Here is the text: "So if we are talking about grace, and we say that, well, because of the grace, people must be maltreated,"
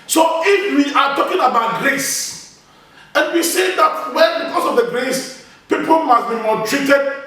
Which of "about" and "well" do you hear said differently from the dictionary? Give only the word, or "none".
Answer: well